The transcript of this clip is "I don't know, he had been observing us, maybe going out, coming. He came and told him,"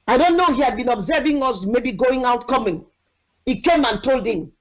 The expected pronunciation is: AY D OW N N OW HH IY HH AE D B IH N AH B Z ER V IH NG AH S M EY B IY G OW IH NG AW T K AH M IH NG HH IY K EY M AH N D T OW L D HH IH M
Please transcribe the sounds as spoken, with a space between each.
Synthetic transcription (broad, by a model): AY D OW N N OW HH IY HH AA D B IH N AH B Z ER V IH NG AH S M EY B IY G OW IH NG AW T K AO M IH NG HH IY K EY M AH N T OW L D HH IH M